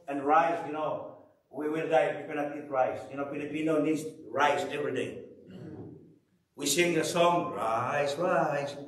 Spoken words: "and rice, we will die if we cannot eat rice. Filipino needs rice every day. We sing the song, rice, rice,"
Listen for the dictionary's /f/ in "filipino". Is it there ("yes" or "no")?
no